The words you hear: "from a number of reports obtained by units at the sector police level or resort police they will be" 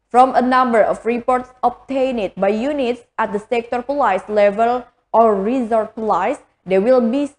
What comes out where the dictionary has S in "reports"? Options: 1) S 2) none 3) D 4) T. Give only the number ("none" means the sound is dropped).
1